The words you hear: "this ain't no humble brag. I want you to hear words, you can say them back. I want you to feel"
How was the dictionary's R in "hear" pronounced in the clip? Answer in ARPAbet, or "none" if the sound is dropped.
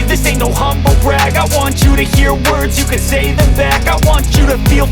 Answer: R